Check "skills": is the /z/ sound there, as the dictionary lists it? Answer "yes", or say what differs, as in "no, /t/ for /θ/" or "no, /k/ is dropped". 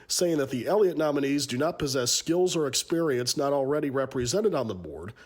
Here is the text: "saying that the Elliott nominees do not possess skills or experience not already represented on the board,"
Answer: yes